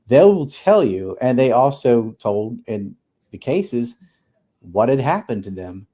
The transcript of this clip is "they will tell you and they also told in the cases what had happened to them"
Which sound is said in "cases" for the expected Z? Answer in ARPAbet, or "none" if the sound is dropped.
Z